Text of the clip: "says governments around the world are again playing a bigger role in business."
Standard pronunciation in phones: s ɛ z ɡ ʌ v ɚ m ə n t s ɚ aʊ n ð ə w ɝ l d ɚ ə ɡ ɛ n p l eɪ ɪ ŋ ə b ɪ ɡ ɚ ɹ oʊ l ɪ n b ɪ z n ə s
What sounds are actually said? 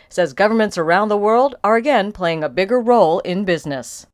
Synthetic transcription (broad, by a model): s ɛ z ɡ ʌ v ɚ m ə n t s ɚ aʊ n ð ə w ɝ l d ɚ ə ɡ ɛ n p l eɪ ɪ ŋ ə b ɪ ɡ ɚ ɹ oʊ l ɪ n b ɪ z n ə s